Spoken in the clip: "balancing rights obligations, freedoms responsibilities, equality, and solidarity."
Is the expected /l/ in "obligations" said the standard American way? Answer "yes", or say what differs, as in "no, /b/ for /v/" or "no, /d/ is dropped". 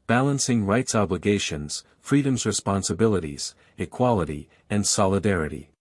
yes